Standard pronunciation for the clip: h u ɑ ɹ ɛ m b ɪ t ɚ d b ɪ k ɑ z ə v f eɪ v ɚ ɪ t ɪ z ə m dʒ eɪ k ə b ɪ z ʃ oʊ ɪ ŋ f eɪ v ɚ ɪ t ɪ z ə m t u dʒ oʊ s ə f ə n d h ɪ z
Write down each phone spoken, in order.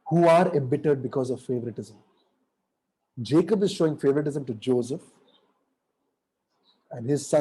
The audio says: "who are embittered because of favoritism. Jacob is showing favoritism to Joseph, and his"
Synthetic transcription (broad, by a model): h u ɑ ɹ ɛ m b ɪ t ɚ d b ɪ k ɑ z ə v f eɪ v ɚ ɪ t ɪ z ə m dʒ eɪ k ə b ɪ z ʃ oʊ ɪ ŋ f eɪ v ɚ ɪ t ɪ z ə m t u dʒ oʊ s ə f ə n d h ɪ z